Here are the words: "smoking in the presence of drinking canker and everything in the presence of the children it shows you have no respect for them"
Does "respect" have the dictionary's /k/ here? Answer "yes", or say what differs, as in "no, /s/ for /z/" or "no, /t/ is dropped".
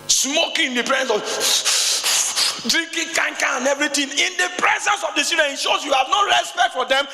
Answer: yes